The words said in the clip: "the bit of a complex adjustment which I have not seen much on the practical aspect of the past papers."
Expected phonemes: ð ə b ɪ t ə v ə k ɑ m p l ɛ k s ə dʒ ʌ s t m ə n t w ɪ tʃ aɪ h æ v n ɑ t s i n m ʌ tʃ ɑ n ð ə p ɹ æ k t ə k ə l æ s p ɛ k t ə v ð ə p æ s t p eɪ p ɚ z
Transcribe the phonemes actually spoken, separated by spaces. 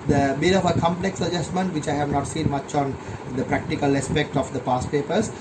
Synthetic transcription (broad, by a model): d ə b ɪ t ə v ə k ɑ m p l ɛ k s ə dʒ ʌ s t m ə n t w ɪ tʃ aɪ h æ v n ɑ t s i n m ʌ tʃ ɑ n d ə p ɹ æ k t ə k ə l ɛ s p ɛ k t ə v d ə p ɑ s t p eɪ p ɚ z